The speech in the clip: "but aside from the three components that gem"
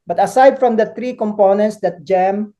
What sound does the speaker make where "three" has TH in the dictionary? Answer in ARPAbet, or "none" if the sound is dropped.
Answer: T